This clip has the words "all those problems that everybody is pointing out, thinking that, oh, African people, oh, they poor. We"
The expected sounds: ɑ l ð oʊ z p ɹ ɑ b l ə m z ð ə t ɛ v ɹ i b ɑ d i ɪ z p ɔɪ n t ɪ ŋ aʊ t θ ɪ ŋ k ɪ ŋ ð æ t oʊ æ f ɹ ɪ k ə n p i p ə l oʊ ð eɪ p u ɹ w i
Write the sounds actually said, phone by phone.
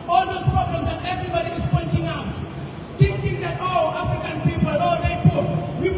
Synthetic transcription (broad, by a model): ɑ l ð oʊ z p ɹ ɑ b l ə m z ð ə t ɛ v ɹ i b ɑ d i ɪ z p ɔɪ n t ɪ ŋ aʊ t t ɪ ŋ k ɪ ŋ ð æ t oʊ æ f ɹ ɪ k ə n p i p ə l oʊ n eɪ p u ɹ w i